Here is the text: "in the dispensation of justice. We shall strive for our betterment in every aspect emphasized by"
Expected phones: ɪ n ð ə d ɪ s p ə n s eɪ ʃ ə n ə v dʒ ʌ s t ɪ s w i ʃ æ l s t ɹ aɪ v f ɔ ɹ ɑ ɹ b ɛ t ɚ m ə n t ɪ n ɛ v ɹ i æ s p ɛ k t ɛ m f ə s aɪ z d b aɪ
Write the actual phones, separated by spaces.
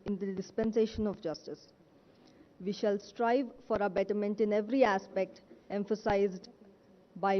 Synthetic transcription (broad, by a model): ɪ n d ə d ɪ s p ə n s eɪ ʃ ə n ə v dʒ ʌ s t ɪ s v i ʃ æ l s t ɹ aɪ v f ɔ ɹ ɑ b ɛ t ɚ m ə n t ɪ n ɛ v ɹ i æ s p ɛ k t ɛ m f ə s aɪ z d b aɪ